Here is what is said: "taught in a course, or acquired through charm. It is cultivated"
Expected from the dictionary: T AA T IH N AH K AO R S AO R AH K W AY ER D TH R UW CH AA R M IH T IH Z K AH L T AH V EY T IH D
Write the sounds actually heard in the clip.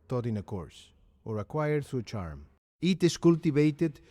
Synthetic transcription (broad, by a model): T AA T IH N AH K AO R S AO R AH K W AY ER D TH UW CH AA R M IH T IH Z K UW L T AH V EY T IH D